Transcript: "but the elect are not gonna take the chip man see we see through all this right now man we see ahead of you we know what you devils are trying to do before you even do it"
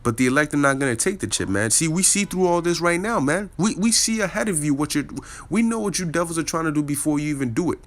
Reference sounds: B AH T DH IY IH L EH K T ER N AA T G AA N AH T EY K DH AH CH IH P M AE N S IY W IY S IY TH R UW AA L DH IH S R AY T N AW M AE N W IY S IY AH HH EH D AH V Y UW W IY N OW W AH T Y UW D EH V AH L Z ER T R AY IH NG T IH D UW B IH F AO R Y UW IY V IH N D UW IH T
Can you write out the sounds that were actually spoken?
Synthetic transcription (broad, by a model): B AH T DH IY IH L EH K T ER N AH T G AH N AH T EY K DH AH CH IH P M AE N S IY W IY S IY TH R UW AA L DH IH S R AY T N AW M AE N W IY S IY AH HH EH D AH V Y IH W IY N OW W AH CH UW D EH V L Z ER T R AY IH NG T IH D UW B IH F AO R Y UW IY V IH N D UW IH T